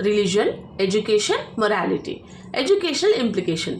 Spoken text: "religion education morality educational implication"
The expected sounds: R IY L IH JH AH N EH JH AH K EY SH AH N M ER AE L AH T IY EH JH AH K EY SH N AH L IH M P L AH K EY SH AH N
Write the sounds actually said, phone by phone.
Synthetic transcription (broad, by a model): R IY L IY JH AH N EH JH AH K EY SH AH N M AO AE L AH T IY EH JH AH K EY SH N AH L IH M P L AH K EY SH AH N